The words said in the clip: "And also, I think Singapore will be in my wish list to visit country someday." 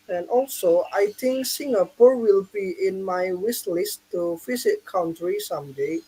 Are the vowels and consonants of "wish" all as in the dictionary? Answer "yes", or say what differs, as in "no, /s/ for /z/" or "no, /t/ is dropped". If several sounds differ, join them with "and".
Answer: no, /s/ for /ʃ/